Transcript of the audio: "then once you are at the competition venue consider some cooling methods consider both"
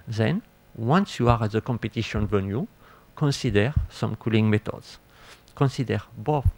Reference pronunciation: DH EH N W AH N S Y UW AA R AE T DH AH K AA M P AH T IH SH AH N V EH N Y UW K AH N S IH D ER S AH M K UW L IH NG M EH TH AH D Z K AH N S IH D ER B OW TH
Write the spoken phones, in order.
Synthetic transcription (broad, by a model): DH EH N W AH N S Y UW AA R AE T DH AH K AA M P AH T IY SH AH N V EH N Y UW K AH N S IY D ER S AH M K UW L IH NG M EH T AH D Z K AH N S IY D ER B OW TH